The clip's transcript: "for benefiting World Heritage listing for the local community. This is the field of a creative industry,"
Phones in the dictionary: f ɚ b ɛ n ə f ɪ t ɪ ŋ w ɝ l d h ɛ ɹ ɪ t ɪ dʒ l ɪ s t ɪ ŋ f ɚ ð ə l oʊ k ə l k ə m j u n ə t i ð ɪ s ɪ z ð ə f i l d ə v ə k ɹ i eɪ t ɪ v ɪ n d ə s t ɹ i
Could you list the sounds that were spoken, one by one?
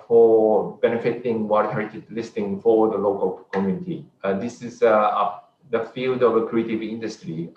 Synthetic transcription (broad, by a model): f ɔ b ɛ n ə f ɪ t ɪ ŋ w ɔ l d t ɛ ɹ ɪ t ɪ l ɪ s t ɪ ŋ f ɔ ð ə l oʊ k ə l k ə m j u n ə t i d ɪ s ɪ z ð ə f i l d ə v ə k ɹ i eɪ t ɪ v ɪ n d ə s t ɹ i